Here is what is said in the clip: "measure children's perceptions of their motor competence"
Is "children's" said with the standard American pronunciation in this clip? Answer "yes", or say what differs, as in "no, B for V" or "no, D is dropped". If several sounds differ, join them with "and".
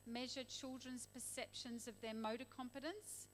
yes